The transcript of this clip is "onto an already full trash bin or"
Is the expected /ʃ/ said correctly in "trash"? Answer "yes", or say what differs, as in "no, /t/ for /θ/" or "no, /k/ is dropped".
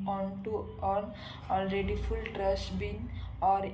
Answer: no, /s/ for /ʃ/